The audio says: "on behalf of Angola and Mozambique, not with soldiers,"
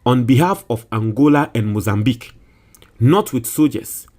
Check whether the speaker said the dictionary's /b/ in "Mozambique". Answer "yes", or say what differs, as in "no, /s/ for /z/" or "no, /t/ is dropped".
yes